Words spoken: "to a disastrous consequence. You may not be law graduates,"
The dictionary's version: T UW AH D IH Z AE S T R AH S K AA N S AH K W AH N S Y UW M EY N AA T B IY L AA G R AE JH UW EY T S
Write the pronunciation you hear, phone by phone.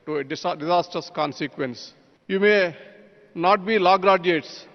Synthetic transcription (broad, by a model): T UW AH D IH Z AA S T AH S K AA N S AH K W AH N S Y UW M EY N AA T B IY L AA G R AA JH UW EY T S